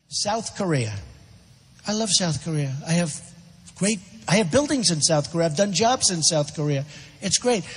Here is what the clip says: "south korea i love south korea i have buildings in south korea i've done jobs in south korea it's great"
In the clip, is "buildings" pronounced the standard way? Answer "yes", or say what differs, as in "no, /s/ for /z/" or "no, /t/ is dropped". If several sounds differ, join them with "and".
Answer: yes